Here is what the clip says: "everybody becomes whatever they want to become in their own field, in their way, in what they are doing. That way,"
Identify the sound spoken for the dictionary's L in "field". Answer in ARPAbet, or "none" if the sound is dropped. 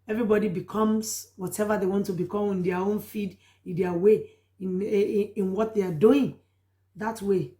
none